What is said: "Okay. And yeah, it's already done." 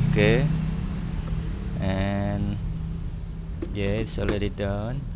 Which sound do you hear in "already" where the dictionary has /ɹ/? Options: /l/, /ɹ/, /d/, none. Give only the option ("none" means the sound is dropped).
/l/